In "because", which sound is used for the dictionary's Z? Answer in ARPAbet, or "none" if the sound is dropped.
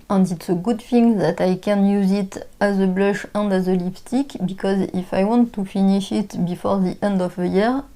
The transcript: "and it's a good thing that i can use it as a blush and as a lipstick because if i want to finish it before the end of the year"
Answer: Z